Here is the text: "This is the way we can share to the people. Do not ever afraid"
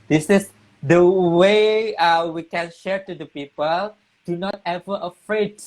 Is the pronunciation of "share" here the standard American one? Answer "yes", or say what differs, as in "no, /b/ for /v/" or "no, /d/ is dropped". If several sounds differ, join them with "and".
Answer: yes